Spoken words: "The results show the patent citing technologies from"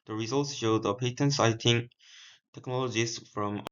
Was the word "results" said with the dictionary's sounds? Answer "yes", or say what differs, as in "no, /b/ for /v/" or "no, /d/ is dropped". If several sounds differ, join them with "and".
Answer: yes